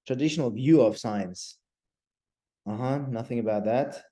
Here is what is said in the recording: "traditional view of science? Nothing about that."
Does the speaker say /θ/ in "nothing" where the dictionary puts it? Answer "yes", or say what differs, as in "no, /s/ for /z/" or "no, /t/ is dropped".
yes